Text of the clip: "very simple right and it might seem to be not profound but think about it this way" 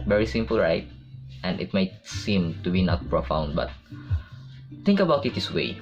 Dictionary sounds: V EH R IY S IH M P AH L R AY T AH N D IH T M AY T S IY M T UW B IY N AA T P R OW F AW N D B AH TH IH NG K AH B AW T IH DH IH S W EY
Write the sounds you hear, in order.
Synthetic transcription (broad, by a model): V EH R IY S IH M P AH L R AY T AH N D IH T M AY T S IY M T UW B IY N AA T P R OW F AW N D B AH T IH NG K AH B AW T IH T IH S W EY